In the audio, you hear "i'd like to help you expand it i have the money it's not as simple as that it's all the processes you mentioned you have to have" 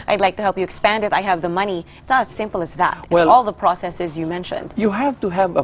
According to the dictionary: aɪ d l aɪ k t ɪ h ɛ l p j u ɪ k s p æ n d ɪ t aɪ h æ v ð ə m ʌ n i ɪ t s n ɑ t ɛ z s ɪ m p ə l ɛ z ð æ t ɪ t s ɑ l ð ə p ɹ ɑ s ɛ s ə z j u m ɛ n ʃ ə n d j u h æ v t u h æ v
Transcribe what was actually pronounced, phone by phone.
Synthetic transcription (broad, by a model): aɪ d l aɪ k t ɪ h ɛ l p j ɪ k s p æ n d ɪ t aɪ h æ v ð ə m ʌ n i ɪ t s n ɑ t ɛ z s ɪ m p l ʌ z ð æ t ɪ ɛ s ɑ l ð ə p ɹ ɑ s ɛ s ə z j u m ɛ n ʃ ə n d j u h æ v t u h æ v